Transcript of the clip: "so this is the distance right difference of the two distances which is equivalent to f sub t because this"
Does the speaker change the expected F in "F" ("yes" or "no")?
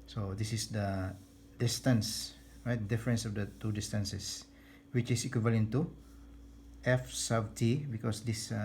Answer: no